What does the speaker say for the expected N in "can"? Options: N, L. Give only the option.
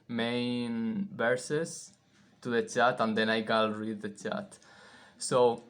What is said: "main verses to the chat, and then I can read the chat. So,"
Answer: L